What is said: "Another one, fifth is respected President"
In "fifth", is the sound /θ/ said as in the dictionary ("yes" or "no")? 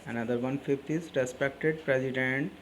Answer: no